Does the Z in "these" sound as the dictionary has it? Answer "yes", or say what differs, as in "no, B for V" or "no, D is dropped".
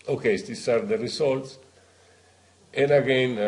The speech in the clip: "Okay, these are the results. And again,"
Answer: no, S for Z